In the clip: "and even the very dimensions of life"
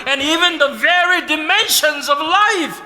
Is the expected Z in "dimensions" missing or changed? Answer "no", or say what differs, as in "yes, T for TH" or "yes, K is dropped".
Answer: no